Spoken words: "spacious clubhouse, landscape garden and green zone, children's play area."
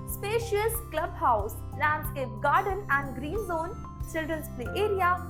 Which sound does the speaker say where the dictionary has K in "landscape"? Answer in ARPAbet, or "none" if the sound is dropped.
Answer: none